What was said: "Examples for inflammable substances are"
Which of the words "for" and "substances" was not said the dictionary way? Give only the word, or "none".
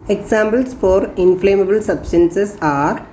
substances